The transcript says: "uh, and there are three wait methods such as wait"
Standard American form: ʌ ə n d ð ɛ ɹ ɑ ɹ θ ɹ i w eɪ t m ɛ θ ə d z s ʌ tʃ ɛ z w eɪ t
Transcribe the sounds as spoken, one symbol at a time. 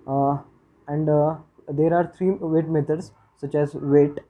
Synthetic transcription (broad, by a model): ə n d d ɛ ɹ ɑ ɹ t ɹ i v eɪ t m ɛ t ə d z s ʌ tʃ ɛ z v eɪ t